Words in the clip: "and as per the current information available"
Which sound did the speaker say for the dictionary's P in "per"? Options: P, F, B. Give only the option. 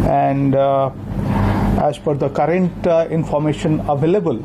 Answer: F